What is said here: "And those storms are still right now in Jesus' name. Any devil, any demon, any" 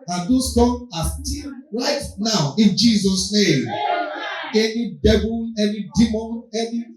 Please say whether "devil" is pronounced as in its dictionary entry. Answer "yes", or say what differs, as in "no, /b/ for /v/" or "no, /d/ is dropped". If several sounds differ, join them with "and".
no, /b/ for /v/ and /n/ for /l/